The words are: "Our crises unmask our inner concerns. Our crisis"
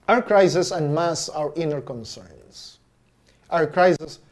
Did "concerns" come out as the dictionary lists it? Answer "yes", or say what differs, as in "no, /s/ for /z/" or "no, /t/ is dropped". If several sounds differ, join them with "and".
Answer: no, /s/ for /z/